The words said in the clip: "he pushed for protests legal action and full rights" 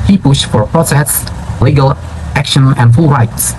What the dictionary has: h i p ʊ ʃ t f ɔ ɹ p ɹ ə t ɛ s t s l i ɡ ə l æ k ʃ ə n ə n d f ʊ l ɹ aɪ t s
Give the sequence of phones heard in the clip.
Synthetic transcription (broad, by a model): h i p ʊ ʃ t f ɔ ɹ p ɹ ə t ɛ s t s l i ɡ ə l æ k ʃ ə n ə n d f ʊ l ɹ aɪ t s